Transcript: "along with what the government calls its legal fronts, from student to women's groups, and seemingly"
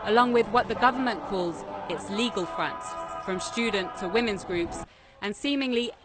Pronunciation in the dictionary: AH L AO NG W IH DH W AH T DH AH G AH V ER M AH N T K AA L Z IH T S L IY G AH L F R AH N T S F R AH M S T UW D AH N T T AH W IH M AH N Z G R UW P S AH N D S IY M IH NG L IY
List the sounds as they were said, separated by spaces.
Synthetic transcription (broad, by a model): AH L AO NG W IH DH W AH T DH AH G AH V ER M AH N K AA L Z IH T S L IY G AH L F R AH N T S F R AH M S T UW D N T T AH W IH M AH N Z G R UW P S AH N S IY M IH NG L IY